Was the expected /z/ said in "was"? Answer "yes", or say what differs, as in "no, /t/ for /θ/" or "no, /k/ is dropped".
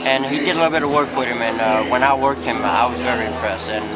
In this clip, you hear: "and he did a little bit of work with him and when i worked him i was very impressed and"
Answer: yes